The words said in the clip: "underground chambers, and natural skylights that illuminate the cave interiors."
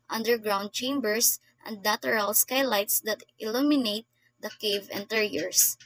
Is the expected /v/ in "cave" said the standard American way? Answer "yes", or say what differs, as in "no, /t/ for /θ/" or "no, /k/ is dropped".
yes